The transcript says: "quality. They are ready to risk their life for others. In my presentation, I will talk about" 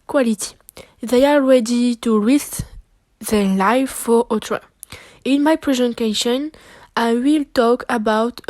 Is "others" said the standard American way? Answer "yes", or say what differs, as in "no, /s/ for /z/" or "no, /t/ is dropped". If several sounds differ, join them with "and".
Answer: no, /z/ is dropped